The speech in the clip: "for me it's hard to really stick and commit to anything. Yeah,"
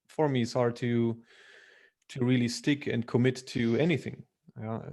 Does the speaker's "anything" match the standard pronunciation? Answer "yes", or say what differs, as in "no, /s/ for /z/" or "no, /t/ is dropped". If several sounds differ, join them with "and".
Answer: yes